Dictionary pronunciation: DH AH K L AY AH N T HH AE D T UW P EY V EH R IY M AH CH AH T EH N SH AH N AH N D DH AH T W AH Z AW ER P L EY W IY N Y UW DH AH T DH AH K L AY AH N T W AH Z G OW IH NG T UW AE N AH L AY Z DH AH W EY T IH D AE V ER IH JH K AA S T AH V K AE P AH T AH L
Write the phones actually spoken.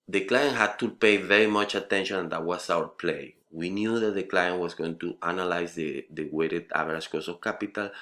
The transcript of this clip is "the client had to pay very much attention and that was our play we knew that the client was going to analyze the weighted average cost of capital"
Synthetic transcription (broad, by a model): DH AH K L AY AH N T HH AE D T UW P EY V EH R IY M AH CH AH T EH N SH AH N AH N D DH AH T W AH S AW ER P L EY W IY N Y UW DH AH T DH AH K L AY AH N T W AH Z G OW IH NG T UW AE N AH L AY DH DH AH W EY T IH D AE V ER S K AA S AH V K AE P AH T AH L